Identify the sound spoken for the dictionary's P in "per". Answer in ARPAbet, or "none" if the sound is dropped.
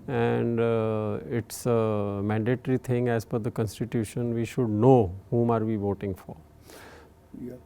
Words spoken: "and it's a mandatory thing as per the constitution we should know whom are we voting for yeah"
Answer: F